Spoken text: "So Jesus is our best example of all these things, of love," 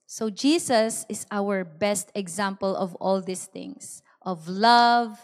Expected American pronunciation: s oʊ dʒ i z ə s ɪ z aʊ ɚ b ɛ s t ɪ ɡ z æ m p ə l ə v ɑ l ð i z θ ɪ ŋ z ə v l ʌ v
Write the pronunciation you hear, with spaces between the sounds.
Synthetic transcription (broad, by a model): s oʊ dʒ i s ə s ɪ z aʊ ɚ b ɛ s t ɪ ɡ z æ m p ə l ə v ɑ l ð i s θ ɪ ŋ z ə v l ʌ v